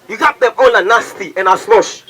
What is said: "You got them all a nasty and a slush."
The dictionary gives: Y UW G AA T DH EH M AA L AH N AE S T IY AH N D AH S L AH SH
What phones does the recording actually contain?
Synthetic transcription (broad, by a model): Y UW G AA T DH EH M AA N AH N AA S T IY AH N AH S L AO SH